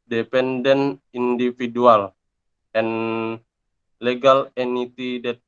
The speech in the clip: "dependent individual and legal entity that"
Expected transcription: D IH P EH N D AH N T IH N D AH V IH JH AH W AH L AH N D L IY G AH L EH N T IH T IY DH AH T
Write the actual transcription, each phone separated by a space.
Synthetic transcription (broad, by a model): D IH P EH N D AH N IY N D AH F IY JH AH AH L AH N L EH G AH L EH N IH T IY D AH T